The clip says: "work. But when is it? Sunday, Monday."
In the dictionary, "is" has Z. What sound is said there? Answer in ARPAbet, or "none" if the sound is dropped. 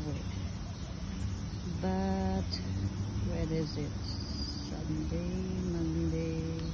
Z